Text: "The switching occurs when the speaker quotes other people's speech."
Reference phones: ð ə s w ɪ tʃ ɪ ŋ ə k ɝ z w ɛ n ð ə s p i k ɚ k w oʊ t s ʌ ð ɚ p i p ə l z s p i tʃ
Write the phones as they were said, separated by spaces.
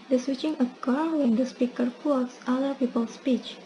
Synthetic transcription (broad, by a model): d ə s w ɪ tʃ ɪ ŋ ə k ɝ w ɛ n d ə s p i k ɚ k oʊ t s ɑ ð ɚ p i p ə l s p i tʃ